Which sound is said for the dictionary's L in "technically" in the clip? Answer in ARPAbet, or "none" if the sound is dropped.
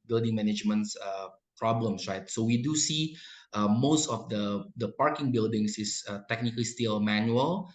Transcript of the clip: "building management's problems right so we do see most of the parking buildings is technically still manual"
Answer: L